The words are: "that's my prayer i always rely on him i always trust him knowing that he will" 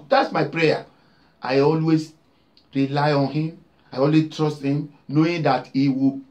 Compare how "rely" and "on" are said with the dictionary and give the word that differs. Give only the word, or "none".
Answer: none